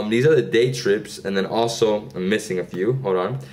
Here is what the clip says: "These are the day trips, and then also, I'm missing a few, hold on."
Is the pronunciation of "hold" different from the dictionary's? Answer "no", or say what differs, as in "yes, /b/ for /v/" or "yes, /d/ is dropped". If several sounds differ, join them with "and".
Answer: yes, /l/ is dropped